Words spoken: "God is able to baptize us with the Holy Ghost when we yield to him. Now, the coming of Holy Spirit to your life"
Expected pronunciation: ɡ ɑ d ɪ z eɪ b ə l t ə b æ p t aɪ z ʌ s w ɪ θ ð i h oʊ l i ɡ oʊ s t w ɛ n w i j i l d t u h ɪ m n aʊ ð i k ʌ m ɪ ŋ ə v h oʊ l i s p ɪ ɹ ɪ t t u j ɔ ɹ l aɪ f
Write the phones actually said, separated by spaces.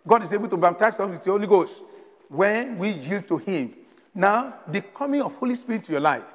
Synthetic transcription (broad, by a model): ɡ ɑ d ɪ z eɪ b ə l t ə b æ p t aɪ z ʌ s w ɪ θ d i h oʊ l i ɡ oʊ s t w ɛ n w i j i l d t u h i m n aʊ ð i k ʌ m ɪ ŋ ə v h oʊ l i s p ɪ ɹ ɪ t t u j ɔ l aɪ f